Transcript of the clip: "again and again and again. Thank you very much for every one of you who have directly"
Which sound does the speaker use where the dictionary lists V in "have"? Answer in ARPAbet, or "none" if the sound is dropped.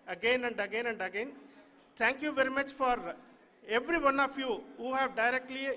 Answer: V